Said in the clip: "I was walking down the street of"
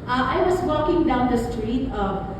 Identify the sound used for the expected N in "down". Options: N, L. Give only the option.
N